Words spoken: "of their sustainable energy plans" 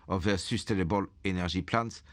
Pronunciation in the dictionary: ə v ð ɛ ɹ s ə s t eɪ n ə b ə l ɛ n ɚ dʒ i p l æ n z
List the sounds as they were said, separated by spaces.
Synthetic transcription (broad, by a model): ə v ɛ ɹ s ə s t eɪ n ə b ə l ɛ n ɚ ʒ i p l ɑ n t